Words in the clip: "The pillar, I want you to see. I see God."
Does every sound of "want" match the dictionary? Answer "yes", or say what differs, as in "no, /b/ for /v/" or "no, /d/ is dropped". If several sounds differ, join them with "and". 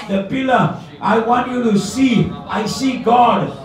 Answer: yes